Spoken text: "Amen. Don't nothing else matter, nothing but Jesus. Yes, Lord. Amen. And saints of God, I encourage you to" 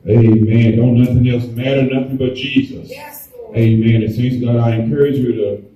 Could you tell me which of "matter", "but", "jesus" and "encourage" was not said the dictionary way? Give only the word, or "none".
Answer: none